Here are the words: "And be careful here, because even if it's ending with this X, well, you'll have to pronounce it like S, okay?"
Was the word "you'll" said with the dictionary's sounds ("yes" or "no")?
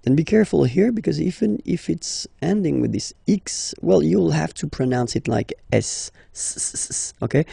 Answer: yes